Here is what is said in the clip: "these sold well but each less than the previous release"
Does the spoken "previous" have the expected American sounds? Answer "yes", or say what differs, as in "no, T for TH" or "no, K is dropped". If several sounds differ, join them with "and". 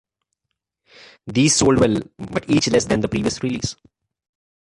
yes